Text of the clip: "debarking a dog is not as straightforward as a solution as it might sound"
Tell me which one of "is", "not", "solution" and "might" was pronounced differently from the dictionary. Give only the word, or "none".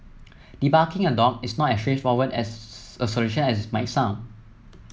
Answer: is